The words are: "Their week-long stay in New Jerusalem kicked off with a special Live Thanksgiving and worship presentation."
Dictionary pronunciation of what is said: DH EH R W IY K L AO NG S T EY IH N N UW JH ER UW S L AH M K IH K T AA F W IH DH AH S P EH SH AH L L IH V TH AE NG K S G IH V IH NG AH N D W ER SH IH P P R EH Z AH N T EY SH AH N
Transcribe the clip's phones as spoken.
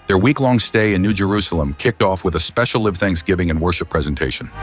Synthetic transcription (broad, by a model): DH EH R W IY K L AO NG S T EY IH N N UW JH ER UW S L AH M K IH K T AA F W IH DH AH S P EH SH L L IH V TH AE NG K S G IH V IH NG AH N W ER SH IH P P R EH Z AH N T EY SH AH N